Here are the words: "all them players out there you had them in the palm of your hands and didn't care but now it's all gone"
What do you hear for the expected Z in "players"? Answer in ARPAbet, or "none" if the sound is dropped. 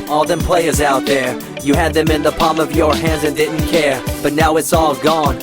Z